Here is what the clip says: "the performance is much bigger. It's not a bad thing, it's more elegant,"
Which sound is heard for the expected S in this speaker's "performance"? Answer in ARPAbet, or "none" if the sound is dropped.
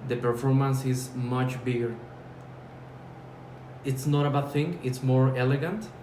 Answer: S